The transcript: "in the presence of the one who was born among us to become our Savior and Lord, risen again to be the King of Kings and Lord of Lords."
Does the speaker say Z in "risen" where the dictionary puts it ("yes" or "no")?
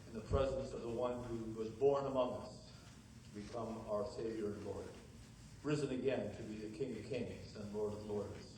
yes